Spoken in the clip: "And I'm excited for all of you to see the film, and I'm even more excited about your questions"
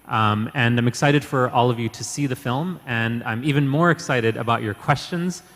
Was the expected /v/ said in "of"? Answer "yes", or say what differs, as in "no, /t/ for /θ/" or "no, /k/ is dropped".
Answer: yes